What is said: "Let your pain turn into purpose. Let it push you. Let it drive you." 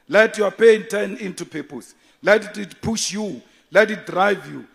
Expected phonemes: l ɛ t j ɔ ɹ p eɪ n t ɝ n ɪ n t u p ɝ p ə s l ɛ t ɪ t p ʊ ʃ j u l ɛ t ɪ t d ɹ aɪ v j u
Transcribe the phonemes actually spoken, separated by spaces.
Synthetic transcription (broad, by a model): l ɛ t j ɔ p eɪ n t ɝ n ɪ n t u p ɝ p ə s l ɛ t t p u ʃ j u l ɛ t ɪ t d ɹ aɪ v j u